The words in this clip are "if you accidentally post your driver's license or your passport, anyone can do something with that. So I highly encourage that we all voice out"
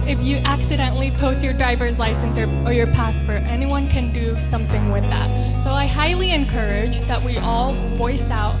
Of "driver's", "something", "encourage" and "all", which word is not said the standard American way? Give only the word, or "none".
none